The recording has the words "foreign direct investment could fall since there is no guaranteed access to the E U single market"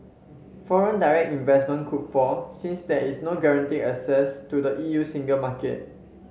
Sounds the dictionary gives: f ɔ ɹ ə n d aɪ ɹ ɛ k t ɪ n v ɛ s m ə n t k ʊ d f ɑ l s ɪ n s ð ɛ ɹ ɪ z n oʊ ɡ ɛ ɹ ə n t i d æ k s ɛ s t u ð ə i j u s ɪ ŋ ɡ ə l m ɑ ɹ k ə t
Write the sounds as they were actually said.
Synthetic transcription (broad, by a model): f ɔ ɹ ə n d aɪ ɹ ɛ k t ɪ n v ɛ s m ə n k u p f ɑ s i n s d ɛ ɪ s n oʊ ɡ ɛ ɹ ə n t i æ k s ɛ s t u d ə i j u s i ŋ ɡ ə l m ɑ k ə t